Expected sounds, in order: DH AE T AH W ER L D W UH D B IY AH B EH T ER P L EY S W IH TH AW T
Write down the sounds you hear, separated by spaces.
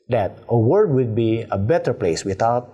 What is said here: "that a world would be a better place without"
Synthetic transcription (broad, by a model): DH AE T AH W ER D W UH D B IY AH B EH T ER P L EY S W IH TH AW T